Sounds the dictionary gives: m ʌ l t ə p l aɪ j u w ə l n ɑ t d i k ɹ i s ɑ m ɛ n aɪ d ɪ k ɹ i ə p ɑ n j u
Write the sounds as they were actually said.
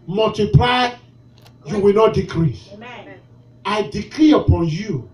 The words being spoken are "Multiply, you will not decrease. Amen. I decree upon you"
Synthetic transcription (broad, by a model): m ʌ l t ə p l aɪ j u w ə l n ɑ t d i k ɹ i s ɑ ɪ d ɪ k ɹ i ə p ɑ n j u